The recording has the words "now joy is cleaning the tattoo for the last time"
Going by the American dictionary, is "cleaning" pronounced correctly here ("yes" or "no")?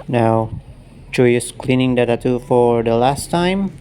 yes